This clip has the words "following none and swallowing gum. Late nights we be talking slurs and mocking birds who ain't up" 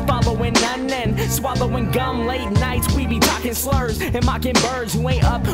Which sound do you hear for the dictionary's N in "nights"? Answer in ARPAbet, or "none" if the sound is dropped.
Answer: N